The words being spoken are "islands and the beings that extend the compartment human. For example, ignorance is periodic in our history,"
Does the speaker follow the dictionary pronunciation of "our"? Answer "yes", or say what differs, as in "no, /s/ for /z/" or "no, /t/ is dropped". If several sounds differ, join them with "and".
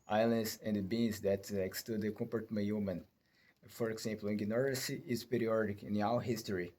no, /w/ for /ɹ/